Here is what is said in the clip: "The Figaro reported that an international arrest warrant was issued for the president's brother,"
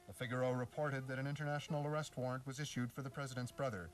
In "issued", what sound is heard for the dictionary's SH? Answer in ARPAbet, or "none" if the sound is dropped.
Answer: SH